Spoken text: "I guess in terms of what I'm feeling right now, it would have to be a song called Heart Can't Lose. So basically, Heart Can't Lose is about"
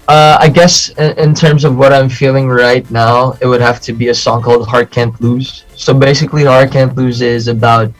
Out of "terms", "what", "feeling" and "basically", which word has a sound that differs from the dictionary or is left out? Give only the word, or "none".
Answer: none